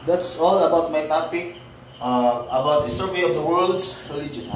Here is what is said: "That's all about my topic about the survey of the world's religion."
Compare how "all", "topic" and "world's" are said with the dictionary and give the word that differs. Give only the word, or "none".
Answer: world's